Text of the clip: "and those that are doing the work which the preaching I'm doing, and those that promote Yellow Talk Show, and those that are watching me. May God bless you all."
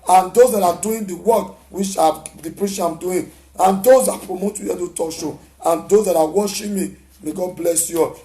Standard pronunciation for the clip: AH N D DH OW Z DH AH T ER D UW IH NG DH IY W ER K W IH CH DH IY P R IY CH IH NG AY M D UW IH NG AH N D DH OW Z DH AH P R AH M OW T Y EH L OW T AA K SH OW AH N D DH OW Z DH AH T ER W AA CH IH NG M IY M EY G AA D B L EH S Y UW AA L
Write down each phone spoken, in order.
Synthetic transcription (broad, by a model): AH N D OW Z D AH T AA D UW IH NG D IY W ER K W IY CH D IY P R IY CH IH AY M D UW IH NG AH N D OW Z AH P R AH M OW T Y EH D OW T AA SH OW AH N D OW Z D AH T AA W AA SH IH M IY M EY G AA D B L EH S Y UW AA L